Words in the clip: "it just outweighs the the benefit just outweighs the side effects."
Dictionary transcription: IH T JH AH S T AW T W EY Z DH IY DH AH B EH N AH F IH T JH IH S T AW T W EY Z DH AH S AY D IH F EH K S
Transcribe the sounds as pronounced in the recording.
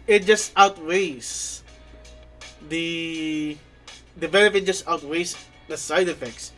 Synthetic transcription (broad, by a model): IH T JH AH S T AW T W EY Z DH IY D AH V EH L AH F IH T JH IH S T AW T W EY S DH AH S AY D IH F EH K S